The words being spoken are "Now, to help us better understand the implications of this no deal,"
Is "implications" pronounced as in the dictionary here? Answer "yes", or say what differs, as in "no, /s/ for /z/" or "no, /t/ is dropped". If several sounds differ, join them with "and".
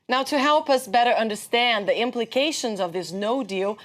yes